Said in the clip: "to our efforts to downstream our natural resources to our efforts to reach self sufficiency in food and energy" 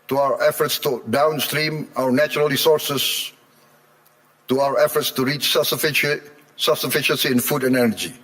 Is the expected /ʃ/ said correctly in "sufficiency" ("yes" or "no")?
yes